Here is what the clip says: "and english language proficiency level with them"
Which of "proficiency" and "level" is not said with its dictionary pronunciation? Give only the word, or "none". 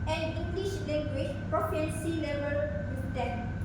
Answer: proficiency